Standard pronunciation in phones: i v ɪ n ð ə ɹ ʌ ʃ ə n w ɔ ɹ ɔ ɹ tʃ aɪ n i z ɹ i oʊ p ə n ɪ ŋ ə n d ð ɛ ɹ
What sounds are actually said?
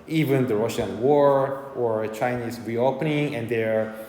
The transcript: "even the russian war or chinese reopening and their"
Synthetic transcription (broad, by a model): i v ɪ n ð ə ɹ ʌ ʃ ə n w ɔ ɹ ɔ ɹ tʃ aɪ n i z ɹ i oʊ p ə n ɪ ŋ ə n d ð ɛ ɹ